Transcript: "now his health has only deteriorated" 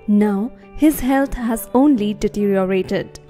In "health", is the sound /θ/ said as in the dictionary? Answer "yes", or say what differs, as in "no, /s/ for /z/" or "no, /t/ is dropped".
no, /t/ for /θ/